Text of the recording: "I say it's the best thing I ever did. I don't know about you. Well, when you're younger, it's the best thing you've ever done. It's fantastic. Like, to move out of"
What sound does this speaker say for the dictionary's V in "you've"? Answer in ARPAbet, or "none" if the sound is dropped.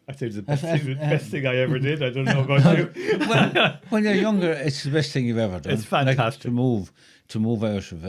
none